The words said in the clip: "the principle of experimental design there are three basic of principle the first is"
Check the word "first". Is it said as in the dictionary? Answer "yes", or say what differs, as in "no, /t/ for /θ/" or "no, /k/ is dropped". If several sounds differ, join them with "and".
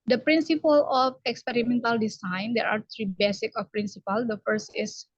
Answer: yes